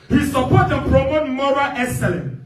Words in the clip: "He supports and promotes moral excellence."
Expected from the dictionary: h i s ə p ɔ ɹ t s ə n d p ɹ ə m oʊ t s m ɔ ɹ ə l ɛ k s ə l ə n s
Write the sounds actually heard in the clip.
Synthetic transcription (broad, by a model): h i s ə p ɔ t ə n p ɹ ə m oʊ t m ɔ ɹ ə l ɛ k s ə l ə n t